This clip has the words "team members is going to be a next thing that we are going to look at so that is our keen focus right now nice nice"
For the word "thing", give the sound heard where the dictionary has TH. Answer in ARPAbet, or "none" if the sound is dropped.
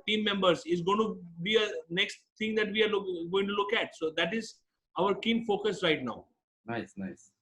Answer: T